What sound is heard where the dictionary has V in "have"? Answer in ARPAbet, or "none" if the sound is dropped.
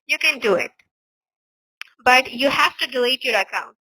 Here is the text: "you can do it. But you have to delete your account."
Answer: F